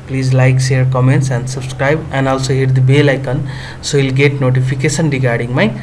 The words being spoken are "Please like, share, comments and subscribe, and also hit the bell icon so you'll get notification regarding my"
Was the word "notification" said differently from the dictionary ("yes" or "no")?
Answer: yes